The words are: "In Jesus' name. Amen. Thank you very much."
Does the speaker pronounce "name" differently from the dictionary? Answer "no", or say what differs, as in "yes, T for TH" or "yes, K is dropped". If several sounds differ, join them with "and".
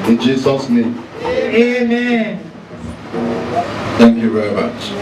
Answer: yes, M is dropped